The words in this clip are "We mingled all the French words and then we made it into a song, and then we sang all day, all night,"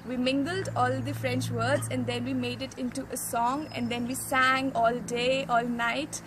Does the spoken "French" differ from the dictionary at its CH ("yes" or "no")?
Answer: no